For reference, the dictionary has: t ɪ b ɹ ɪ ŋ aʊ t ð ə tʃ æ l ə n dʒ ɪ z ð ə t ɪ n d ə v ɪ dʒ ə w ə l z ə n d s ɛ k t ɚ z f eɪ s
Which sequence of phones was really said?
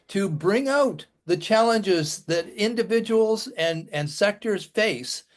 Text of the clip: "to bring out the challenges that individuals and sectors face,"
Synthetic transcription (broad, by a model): t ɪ b ɹ ɪ ŋ aʊ t ð ə tʃ æ l ə n dʒ ɪ z ð ə t ɪ n d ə v ɪ dʒ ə w l z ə n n s ɛ k t ɚ z f eɪ s